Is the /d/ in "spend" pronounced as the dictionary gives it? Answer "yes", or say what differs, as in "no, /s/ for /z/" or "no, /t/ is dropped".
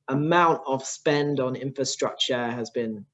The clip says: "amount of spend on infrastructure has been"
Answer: yes